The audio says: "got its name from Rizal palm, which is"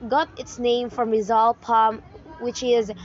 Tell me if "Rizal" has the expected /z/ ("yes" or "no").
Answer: yes